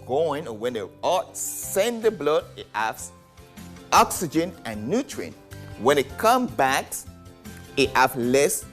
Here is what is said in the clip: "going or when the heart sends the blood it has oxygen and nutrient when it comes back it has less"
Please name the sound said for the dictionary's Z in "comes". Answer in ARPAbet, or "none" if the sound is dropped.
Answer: none